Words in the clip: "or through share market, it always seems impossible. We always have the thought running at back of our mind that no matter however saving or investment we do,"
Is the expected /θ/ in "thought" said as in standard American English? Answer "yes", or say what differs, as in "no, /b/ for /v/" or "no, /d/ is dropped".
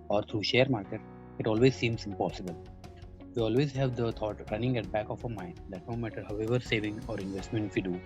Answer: no, /t/ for /θ/